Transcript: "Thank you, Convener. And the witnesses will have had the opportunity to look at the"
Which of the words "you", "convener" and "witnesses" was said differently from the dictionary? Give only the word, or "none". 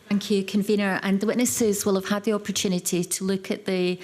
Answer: none